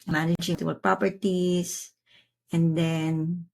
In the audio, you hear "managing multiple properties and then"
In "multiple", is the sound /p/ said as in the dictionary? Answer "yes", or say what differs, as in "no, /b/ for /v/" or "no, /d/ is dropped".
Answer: no, /p/ is dropped